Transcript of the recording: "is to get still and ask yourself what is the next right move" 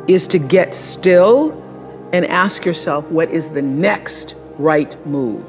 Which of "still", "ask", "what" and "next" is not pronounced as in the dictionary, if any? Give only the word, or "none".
none